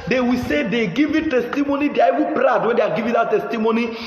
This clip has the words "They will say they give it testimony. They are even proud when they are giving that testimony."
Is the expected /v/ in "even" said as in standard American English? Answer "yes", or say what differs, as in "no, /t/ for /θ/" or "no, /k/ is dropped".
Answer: no, /w/ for /v/